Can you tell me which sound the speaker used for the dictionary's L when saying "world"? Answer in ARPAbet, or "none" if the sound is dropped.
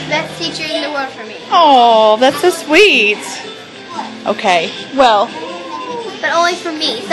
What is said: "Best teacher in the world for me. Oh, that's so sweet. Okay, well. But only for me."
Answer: none